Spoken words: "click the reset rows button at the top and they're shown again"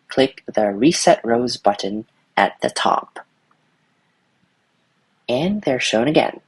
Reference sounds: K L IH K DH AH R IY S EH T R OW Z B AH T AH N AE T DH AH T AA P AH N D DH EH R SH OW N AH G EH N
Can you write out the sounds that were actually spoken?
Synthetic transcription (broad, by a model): K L IH K DH AH R IY S EH T R OW Z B AH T N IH T DH AH T AA P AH N DH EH R SH OW N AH G EH N